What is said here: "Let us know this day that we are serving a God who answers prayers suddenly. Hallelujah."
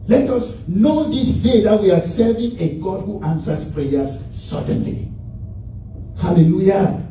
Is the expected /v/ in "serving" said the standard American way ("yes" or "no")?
yes